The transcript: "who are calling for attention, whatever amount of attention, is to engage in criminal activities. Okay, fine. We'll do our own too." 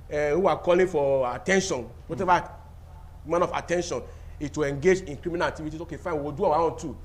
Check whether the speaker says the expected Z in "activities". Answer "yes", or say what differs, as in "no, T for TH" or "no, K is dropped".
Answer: no, S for Z